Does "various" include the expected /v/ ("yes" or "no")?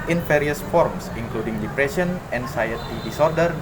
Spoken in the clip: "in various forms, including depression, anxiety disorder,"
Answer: no